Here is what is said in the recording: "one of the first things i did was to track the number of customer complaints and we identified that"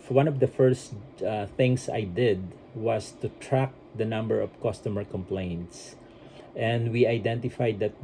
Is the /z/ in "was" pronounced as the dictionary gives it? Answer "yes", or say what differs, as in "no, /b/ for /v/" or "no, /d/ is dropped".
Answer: no, /s/ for /z/